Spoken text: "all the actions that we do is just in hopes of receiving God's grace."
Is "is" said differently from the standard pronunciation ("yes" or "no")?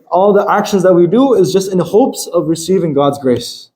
no